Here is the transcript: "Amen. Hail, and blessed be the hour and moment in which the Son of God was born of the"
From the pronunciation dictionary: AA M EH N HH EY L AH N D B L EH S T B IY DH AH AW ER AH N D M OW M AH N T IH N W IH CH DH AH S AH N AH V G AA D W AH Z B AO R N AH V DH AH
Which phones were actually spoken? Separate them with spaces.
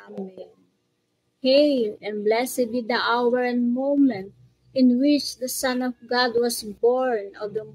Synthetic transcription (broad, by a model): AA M HH EY L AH N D B L EH S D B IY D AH AW ER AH N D M OW M AH N T IH N W IH CH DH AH S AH N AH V G AA D W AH S B AO R N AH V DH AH